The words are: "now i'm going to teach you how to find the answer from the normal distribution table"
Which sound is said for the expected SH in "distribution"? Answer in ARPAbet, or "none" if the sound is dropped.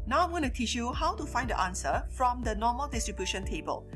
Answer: SH